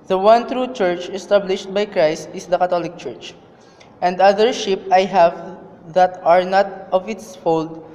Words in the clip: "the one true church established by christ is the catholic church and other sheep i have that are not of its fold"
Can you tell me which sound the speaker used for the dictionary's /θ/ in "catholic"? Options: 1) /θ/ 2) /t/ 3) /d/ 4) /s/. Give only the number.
2